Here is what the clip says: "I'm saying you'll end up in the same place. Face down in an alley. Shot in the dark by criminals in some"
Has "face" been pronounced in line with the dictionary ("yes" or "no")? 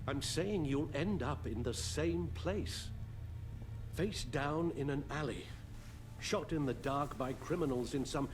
yes